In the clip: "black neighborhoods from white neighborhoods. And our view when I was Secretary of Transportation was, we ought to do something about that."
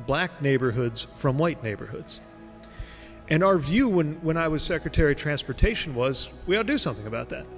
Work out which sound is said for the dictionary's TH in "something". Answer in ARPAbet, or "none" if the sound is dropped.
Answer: TH